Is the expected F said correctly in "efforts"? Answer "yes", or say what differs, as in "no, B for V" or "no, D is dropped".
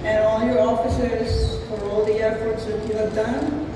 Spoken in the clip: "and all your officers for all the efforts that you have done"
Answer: no, P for F